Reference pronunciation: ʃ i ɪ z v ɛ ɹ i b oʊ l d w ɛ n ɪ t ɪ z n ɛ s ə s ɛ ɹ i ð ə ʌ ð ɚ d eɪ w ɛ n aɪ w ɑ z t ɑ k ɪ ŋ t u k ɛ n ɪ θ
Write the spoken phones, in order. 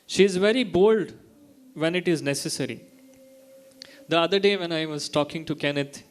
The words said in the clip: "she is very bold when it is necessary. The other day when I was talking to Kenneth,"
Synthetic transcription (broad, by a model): ʃ i ɪ z v ɛ ɹ i b oʊ l d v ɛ n ɪ t ɪ z n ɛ s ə s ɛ ɹ i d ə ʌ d ɚ d eɪ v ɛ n aɪ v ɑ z t ɑ k ɪ ŋ t u k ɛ n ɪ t